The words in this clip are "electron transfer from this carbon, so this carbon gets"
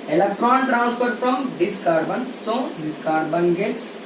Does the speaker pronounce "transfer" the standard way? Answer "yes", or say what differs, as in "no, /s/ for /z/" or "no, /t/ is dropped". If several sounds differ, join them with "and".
no, /p/ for /f/